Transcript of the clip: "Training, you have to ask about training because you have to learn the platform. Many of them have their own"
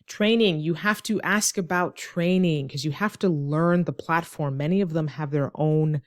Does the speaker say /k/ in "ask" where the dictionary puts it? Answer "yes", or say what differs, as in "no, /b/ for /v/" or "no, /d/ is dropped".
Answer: yes